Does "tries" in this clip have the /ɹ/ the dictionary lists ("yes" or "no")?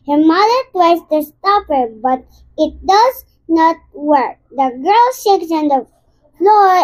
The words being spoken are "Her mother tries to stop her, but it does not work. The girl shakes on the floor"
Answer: no